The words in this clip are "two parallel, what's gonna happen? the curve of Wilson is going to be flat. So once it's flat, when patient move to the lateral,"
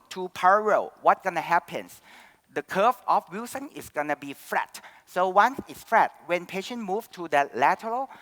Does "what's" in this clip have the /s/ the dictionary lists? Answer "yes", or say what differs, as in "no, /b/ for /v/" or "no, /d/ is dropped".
no, /s/ is dropped